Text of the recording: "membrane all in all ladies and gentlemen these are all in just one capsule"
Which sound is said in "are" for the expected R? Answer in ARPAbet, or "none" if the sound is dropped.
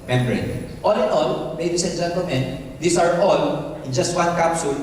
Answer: R